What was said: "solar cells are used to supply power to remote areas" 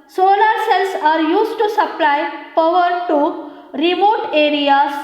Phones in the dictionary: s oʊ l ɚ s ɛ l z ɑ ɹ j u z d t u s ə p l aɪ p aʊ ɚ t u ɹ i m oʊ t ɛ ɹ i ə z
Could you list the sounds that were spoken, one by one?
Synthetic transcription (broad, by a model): s oʊ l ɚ s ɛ l s ɑ ɹ j u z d t u s ə p l aɪ f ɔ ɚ t u ɹ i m oʊ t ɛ ɹ i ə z